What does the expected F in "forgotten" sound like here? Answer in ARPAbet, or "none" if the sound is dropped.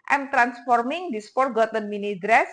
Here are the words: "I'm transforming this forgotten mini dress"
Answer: P